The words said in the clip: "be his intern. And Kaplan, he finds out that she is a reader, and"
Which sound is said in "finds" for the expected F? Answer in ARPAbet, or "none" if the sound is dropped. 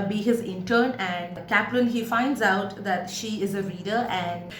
F